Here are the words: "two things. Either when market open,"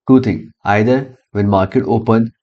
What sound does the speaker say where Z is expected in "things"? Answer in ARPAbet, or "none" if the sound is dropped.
none